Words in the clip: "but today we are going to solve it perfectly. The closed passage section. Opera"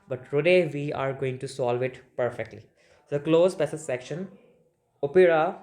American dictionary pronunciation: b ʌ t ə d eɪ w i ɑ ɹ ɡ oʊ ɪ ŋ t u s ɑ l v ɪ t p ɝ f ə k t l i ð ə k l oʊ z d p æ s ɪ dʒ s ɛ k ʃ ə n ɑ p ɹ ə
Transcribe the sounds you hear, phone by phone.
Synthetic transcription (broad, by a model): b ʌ t ə d eɪ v i ɑ ɹ ɡ oʊ ɪ ŋ t u s ɑ l v ɪ t p ɝ f ə k t l i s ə k l oʊ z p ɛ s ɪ s ɛ k ʃ ə n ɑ p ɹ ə